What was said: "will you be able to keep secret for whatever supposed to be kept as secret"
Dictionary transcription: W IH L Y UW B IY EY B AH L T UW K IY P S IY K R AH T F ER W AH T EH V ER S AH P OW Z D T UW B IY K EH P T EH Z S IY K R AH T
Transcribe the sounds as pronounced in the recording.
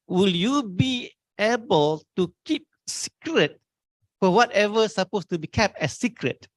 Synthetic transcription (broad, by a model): W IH L Y UW B IY EY B AH L T UW K IY P S IY K R AH T F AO W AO T EH V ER S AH P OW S T UW B IY K EH P T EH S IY K R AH T